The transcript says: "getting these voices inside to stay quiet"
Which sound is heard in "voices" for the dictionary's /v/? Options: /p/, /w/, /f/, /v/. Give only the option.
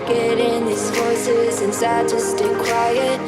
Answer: /f/